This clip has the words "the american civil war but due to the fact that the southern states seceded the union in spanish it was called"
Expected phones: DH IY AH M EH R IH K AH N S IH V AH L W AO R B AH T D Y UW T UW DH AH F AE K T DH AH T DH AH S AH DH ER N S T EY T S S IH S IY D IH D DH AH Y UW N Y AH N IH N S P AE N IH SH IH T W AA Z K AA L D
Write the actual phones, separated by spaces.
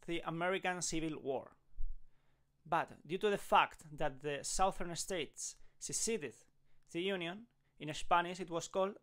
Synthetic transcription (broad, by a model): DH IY AH M EH R IH K AH N S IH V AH L W AO R B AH T D Y UW T UW DH AH F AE K T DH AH T DH AH S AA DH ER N S T EY T S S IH S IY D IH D DH AH Y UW N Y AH N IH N S P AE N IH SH IH T W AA S K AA L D